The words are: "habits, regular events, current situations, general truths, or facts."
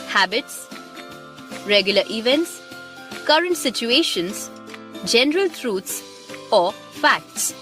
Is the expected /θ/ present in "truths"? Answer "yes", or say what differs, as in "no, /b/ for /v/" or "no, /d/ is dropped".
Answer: no, /t/ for /θ/